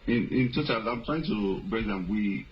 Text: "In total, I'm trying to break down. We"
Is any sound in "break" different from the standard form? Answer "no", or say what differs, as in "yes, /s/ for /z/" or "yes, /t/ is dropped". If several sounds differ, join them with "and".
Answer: yes, /ɹ/ is dropped